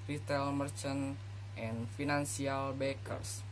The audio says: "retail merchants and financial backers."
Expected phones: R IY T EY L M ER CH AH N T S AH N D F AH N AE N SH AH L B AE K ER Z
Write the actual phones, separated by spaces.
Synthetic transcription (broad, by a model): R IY T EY L M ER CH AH N T AH N F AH N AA N S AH L B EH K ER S